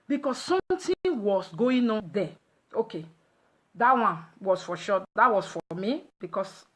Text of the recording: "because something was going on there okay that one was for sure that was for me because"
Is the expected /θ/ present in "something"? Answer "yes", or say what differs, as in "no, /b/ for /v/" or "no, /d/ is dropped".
no, /t/ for /θ/